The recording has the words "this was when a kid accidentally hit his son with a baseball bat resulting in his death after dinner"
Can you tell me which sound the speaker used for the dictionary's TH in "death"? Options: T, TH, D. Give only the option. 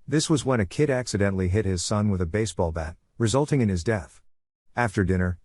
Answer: TH